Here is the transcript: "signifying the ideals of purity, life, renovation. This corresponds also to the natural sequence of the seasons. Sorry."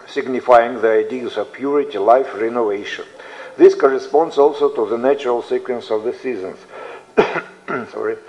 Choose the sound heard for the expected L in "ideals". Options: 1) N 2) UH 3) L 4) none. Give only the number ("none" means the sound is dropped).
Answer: 4